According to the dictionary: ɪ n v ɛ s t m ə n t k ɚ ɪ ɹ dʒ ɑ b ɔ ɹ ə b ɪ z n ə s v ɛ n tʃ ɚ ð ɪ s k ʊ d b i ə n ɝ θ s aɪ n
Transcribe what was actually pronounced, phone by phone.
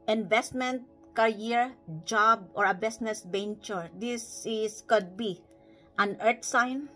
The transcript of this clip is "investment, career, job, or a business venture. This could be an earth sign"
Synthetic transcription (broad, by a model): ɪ n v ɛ s t m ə n t k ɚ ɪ ɹ dʒ ɑ b ɔ ɹ ə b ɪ s n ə s b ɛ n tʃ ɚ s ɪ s k ʊ d b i ə n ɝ t s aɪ n